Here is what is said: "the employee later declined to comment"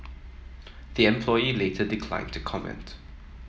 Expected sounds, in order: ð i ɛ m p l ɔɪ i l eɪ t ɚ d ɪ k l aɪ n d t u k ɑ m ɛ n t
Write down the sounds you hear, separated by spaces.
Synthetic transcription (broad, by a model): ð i ɛ m p l ɔɪ i l eɪ t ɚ d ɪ k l aɪ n t u k ɑ m ɛ n t